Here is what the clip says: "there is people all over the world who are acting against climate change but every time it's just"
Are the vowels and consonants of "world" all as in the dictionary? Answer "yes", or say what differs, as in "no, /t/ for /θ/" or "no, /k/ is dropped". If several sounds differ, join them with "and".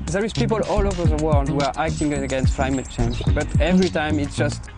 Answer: yes